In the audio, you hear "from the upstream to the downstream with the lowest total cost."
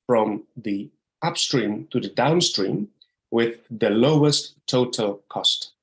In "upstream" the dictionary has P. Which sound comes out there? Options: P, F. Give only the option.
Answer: P